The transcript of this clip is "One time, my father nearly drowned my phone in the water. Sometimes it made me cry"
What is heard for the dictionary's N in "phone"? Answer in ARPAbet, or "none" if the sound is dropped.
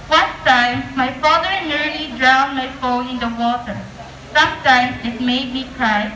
none